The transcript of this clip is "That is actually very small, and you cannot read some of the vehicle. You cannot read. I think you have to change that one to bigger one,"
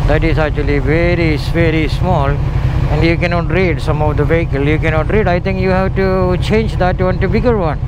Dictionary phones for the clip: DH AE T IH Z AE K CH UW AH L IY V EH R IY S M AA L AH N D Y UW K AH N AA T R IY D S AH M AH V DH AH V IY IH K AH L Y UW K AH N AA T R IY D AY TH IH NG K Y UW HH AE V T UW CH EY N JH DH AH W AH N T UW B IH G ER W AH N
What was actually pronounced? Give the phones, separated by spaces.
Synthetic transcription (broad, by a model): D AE T IH Z AE K CH UW AH L IY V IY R IY S M AA L AH N D Y UW K AH N AA T R IY D S AH M AH V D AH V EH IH K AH L Y UW K AH N AA T R IY D AY T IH NG K Y UW HH AE V T UW CH EY N JH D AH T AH N T UW B IH G ER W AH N